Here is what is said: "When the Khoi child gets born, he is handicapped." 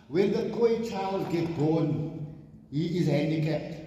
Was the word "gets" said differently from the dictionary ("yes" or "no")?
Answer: yes